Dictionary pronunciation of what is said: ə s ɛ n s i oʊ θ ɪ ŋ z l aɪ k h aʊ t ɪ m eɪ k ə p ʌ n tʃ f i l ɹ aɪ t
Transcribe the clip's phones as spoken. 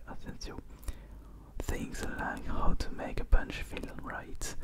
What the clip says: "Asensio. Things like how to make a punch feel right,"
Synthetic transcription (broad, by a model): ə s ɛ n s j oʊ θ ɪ ŋ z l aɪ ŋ h aʊ t ɪ m eɪ k ə b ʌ n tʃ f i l ɹ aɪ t